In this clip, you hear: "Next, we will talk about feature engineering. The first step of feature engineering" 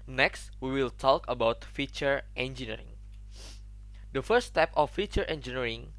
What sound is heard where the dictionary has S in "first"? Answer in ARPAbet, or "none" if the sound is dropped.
none